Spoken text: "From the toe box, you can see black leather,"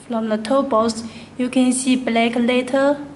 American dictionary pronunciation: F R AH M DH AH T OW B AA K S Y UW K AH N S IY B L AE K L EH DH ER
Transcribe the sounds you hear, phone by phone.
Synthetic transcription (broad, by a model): F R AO M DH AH T OW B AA S Y UW K AH N S IY B L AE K L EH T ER